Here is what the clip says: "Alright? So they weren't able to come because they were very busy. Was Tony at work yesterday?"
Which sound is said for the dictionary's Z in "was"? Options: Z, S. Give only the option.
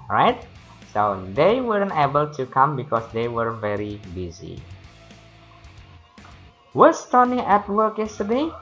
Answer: S